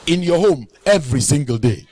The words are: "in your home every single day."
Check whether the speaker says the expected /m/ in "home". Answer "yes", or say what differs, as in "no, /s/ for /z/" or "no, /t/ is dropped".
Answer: yes